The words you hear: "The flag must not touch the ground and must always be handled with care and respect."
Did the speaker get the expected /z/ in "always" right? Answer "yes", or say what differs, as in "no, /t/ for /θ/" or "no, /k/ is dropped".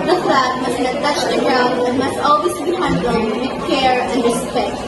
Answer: no, /s/ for /z/